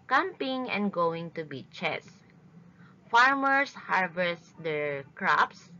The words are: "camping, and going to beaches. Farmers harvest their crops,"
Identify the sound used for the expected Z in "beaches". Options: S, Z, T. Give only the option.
S